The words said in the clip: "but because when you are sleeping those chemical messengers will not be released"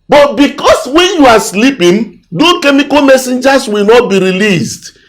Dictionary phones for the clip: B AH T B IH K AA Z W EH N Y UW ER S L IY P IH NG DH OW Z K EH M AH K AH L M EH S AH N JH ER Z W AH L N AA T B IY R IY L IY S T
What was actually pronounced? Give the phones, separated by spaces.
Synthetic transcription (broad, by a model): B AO T B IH K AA S W EH N Y UW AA S L IY P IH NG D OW K EH M AH K AH L M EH S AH N JH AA S W AH L N AA T B IY R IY L IY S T